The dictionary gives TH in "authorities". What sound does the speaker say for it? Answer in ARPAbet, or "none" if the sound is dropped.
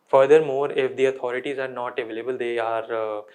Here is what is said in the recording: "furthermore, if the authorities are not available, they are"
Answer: T